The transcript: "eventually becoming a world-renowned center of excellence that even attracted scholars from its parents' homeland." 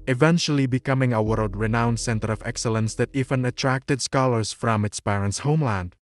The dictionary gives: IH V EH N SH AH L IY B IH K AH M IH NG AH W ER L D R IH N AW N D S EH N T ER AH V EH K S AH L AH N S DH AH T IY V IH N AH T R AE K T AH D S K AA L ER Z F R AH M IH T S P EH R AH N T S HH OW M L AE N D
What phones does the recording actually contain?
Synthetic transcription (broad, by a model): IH V EH N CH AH L IY B IH K AH M IH NG AH W ER L D R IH N AW N S EH N T ER AH V EH K S AH L AH N S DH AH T IY V IH N AH T R AE K T AH D S K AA L ER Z F R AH M IH T S P EH R AH N T S HH OW M L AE N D